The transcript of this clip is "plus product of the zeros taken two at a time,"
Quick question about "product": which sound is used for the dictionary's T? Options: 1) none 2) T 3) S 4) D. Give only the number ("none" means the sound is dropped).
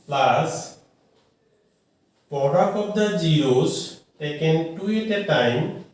1